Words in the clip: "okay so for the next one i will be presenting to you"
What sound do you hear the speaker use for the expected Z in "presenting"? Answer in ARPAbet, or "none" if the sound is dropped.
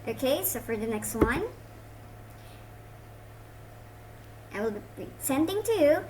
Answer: S